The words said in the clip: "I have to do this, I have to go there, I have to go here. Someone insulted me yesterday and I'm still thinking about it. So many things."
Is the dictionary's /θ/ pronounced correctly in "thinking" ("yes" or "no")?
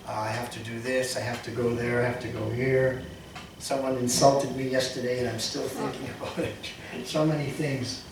yes